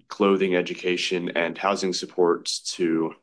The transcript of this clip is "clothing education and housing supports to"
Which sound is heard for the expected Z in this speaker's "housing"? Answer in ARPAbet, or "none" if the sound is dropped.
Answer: Z